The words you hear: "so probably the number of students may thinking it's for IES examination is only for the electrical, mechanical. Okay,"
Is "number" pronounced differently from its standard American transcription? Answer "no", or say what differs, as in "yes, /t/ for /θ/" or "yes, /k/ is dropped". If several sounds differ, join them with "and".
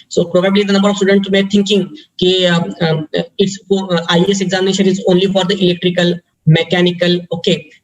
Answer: yes, /m/ is dropped